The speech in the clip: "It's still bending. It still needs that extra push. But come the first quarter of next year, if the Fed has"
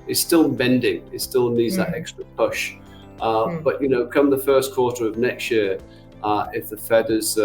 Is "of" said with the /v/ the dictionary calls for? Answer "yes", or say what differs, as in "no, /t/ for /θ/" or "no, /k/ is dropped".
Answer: yes